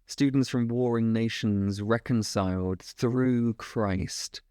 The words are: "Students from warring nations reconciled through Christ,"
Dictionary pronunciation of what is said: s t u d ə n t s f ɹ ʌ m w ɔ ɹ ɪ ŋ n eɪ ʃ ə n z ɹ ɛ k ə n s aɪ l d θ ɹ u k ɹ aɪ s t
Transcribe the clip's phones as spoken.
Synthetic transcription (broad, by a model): s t u d n t s f ɹ ʌ m w ɔ ɹ ɪ ŋ n eɪ ʃ ə n z ɹ ɛ k ə n s aɪ l d θ ɹ u k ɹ aɪ s t